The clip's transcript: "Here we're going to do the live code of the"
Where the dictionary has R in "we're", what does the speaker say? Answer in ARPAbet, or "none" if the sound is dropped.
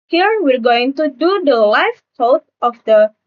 R